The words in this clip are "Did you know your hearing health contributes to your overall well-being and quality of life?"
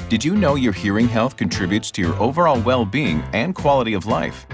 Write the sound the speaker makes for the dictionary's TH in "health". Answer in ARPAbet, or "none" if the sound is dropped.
TH